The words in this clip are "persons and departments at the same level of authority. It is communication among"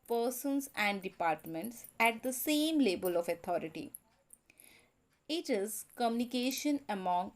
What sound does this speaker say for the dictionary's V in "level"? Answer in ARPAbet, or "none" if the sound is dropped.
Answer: B